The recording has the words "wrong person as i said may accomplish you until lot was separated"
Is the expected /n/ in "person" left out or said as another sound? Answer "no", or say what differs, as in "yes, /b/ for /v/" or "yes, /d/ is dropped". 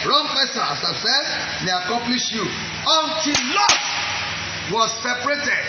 yes, /n/ is dropped